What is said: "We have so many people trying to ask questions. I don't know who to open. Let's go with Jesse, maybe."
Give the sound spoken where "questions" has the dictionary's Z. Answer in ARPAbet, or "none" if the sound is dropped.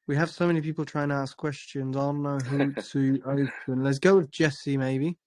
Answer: Z